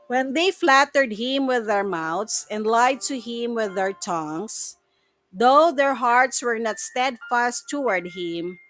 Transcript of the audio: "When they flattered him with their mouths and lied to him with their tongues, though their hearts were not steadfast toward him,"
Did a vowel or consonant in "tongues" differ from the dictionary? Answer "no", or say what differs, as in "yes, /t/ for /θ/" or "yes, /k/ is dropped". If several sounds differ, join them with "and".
yes, /s/ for /z/